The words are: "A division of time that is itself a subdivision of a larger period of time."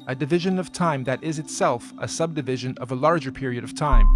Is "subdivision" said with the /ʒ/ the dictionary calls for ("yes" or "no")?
yes